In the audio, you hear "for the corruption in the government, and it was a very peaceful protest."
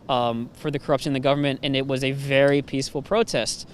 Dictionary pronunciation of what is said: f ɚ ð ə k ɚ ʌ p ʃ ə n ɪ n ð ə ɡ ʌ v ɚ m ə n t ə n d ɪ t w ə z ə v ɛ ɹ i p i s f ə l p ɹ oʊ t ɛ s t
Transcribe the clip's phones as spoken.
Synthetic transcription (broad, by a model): f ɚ ð ə k ɚ ʌ p ʃ ə n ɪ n ð ə ɡ ʌ v ɚ m ə n t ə n ɪ t w ə z ə v ɛ ɹ i p i s f l p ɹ oʊ t ɛ s t